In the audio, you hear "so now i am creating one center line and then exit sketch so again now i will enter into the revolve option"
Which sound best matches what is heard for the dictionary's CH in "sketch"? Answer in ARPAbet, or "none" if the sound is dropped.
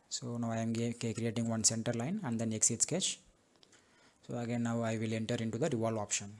CH